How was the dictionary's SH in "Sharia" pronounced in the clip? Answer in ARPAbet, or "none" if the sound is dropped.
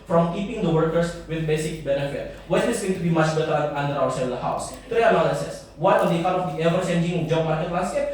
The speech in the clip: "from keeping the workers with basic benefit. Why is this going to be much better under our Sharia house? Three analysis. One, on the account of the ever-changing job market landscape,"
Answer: S